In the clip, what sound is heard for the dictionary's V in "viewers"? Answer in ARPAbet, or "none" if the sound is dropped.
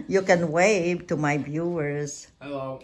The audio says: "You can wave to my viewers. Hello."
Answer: B